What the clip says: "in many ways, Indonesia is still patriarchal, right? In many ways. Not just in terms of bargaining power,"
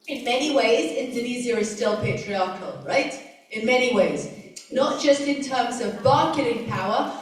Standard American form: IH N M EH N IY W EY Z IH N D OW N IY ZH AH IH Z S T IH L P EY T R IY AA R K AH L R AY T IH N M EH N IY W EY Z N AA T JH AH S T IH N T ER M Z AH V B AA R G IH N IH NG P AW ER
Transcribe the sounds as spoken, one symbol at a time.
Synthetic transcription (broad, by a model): IH N M EH N IY W EY Z IH N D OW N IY Z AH IH Z S T IH L P EY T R IY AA R K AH L R AY T IH N M EH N IY W EY Z N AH T JH AH S T IH N T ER M Z AH V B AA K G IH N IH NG P AW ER